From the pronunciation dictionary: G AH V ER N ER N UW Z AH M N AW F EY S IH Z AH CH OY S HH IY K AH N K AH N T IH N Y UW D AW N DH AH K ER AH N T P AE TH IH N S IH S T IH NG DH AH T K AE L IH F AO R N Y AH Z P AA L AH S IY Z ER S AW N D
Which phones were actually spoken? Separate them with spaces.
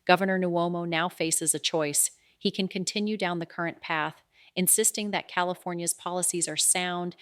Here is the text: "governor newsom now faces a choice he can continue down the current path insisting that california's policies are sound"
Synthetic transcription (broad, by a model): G AH V ER N ER N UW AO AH M N AW F EY S IH Z AH CH OY S HH IY K AH N K AH N T IH N Y UW D AW N DH AH K ER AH N P AE TH IH N S IH S T IH NG DH AH T K AE L IH F AO R N Y AH Z P AA L AH S IY Z ER S AW N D